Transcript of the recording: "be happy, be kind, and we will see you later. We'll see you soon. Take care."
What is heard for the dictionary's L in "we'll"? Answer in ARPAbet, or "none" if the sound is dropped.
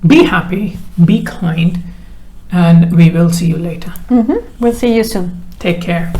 L